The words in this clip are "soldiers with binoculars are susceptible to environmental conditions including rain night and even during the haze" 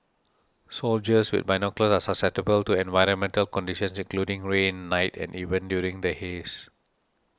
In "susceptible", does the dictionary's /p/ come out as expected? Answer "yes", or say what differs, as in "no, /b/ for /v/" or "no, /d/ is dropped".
no, /p/ is dropped